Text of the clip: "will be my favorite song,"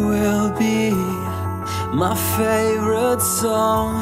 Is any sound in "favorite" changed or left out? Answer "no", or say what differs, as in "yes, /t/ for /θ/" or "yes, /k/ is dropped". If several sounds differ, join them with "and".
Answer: no